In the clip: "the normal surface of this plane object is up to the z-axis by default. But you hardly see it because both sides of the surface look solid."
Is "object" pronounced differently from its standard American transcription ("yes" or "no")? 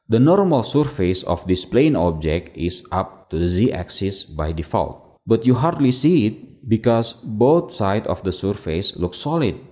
no